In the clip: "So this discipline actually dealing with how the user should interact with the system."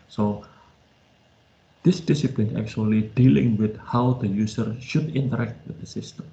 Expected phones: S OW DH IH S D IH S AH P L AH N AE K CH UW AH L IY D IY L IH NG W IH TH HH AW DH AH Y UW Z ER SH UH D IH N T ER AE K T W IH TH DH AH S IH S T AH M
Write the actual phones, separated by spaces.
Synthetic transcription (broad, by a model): S OW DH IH S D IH S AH P L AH N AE K CH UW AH L IY D IY L IH NG W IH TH HH AW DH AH Y UW S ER SH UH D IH N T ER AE K T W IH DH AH S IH S T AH M